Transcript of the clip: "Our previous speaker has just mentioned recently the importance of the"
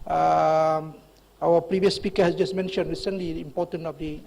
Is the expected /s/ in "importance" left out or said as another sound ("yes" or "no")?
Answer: yes